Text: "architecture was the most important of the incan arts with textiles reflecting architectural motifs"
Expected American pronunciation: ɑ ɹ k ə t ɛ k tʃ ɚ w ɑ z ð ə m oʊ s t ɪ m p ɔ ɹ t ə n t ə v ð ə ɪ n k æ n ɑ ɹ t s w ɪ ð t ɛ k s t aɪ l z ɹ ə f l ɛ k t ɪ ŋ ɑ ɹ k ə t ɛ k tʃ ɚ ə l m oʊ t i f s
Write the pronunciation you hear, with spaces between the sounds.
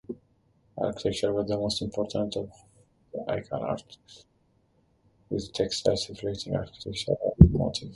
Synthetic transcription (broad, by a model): ɑ ɹ k ə t ɛ k tʃ ɚ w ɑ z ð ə m oʊ s t ɪ m p ɔ ɹ t ə n t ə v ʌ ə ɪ k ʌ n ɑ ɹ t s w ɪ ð t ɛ k s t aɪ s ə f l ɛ t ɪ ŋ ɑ ɹ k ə t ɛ k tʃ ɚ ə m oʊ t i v